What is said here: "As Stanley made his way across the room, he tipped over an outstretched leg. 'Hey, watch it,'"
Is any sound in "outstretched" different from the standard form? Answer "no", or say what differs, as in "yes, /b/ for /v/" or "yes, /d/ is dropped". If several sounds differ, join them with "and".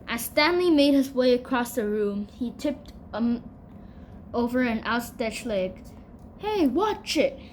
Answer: yes, /ɹ/ is dropped